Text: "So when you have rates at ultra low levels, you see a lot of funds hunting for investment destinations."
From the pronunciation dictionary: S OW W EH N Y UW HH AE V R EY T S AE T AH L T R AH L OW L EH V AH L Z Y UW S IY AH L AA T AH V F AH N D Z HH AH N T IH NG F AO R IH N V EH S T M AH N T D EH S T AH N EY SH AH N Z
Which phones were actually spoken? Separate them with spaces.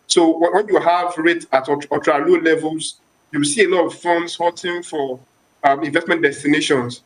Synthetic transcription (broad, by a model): S OW W EH N Y UW HH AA V R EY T AA T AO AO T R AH L OW L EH V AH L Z Y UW S IY AH L AA T AH V F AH N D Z HH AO T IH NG F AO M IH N V EH S T M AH N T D EH S T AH N EY SH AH N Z